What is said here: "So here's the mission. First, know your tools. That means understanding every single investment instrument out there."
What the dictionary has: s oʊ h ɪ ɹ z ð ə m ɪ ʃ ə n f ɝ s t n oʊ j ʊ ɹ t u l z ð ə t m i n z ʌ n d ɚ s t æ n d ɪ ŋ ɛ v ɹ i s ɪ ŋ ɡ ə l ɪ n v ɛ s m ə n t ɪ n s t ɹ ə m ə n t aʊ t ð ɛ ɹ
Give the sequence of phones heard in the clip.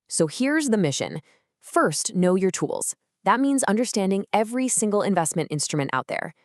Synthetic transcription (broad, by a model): s oʊ h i ɹ z ð ə m ɪ ʃ ə n f ɝ s t n oʊ j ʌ ɹ t u l z ð ə t m i n z ʌ n d ɚ s t æ n d ɪ ŋ ɛ v ɹ i s ɪ ŋ ɡ l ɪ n v ɛ s m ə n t ɪ n s t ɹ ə m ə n t aʊ t ð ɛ ɹ